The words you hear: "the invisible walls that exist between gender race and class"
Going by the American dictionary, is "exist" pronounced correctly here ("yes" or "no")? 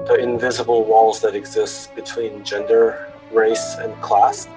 yes